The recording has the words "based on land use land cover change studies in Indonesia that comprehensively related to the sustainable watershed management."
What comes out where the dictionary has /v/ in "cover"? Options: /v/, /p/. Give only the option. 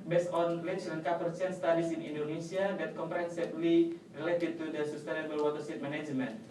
/p/